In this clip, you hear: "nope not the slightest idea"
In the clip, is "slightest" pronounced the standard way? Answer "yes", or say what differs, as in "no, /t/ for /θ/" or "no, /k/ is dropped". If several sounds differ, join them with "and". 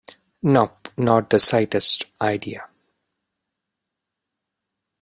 no, /l/ is dropped